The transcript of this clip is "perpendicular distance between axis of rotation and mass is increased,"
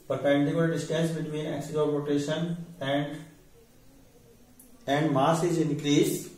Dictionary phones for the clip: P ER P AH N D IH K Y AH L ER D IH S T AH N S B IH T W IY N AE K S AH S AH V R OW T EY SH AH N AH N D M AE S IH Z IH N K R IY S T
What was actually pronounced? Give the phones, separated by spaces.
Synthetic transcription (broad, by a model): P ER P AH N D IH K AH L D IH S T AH S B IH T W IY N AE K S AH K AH P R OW T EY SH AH N AH N D M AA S IH Z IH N K R IY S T